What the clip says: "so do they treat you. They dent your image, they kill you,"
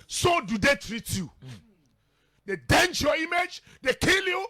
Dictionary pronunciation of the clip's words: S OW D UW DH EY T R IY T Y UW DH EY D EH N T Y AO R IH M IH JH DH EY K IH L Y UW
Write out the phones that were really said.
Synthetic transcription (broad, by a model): S OW D UW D EY T R IY T Y UW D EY D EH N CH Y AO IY M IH JH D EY K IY L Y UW